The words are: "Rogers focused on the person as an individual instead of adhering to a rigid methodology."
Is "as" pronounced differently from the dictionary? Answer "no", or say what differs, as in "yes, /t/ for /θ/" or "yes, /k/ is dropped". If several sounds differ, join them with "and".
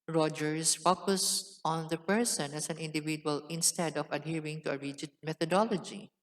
yes, /s/ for /z/